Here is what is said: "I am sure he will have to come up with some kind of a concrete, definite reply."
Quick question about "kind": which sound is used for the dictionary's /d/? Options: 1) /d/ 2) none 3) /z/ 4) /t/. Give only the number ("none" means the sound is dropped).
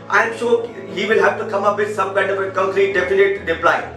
2